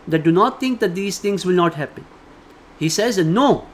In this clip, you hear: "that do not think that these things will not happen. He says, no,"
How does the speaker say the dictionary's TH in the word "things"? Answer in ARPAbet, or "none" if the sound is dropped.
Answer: T